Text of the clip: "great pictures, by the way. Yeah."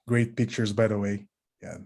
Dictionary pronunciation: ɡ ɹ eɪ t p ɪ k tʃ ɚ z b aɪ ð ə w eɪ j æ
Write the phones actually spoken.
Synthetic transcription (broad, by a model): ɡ ɹ eɪ t p ɪ k tʃ ɚ z b aɪ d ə w eɪ j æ